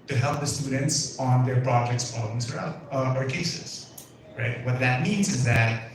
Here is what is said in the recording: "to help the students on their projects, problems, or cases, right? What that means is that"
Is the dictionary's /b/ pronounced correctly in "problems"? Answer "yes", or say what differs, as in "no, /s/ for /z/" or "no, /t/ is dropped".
no, /b/ is dropped